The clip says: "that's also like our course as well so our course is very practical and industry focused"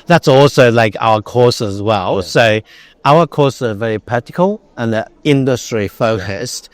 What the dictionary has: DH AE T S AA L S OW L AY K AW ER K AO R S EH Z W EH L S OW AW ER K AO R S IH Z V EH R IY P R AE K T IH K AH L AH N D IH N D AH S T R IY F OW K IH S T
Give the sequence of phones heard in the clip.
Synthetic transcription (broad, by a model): DH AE T S AA L S OW L AY K AW ER K AO R S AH Z W EH L S OW AW ER K AO R S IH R V EH R IY P AH T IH K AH L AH N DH IH N D AH S T R IY F OW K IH S T